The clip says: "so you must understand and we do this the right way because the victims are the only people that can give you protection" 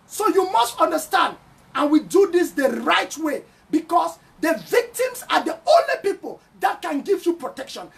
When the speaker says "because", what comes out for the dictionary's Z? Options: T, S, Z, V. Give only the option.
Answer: S